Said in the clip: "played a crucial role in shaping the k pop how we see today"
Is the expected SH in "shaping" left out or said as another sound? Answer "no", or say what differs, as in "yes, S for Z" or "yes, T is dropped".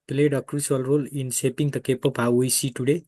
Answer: yes, S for SH